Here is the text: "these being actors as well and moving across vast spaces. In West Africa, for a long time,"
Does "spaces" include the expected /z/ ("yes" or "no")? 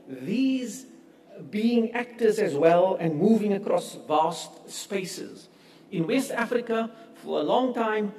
yes